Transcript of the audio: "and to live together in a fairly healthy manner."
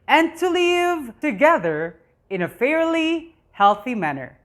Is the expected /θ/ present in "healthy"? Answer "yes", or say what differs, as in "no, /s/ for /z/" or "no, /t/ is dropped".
yes